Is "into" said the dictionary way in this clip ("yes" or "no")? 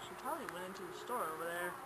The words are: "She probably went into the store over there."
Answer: yes